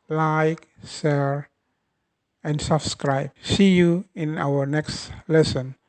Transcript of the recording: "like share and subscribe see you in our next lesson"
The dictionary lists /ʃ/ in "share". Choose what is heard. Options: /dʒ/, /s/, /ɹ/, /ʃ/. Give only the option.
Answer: /s/